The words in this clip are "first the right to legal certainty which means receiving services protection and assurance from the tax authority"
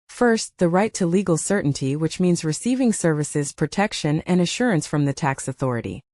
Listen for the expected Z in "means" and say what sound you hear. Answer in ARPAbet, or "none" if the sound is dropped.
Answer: Z